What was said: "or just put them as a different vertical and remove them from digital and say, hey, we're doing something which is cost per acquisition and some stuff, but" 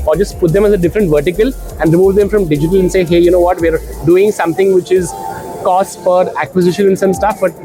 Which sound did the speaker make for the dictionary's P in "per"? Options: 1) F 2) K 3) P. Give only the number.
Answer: 1